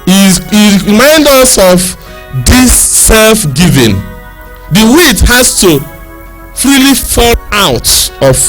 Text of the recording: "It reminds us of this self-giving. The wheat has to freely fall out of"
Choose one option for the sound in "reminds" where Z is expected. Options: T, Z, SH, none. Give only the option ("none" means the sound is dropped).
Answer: none